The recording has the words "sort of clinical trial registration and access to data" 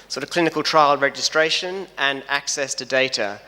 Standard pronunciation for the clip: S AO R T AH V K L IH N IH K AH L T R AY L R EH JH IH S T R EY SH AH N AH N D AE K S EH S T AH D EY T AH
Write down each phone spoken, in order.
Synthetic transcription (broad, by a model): S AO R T AH V K L IH N IH K AH L T R AY L R EH JH IH S T R EY SH AH N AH N AE K S EH S T AH D EY T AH